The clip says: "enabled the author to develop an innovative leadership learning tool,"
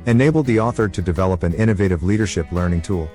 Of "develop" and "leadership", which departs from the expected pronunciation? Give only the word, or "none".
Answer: none